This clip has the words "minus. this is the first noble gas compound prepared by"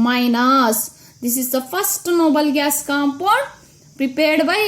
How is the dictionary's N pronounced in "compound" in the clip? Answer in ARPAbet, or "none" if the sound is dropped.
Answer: none